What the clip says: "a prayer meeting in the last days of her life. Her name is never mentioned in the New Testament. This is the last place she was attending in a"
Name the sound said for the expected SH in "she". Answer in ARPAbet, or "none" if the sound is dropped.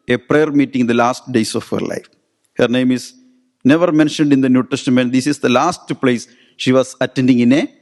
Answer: SH